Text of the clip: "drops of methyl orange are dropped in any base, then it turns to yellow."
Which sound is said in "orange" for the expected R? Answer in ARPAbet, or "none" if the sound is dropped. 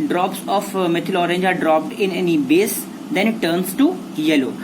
R